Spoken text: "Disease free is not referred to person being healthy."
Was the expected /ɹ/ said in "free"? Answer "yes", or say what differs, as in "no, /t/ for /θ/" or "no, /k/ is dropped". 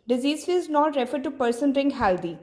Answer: no, /ɹ/ is dropped